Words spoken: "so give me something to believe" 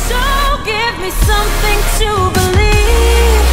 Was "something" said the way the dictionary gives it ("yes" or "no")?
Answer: yes